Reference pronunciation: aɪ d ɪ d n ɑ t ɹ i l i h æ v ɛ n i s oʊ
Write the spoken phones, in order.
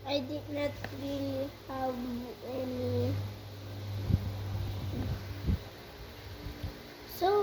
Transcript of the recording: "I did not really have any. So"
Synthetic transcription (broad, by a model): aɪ d ɪ d n ɑ t ɹ i l i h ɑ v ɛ l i s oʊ